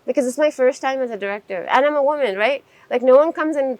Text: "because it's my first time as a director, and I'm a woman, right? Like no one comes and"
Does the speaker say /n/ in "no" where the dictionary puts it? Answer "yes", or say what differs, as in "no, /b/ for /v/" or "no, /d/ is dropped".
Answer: yes